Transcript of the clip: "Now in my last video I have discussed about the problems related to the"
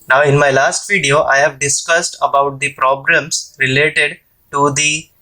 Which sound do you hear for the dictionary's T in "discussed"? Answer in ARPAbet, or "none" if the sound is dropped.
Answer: T